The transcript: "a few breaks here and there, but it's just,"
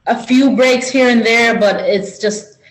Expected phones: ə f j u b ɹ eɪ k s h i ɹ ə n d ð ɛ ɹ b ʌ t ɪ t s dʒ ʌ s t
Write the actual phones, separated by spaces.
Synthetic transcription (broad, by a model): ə f j u b ɹ eɪ k s h i ɹ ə n ð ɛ ɹ b ʌ t ɪ t s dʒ ʌ s t